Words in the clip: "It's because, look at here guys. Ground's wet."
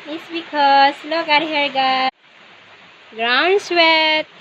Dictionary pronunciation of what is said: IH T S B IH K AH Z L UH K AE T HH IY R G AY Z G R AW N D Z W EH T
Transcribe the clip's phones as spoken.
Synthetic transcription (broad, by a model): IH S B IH K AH S L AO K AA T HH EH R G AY G R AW N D S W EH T